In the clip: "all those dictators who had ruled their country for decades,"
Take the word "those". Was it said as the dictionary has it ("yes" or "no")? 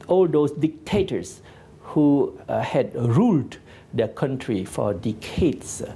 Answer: no